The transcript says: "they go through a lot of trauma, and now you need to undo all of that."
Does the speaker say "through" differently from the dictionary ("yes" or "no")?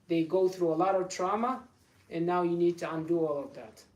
no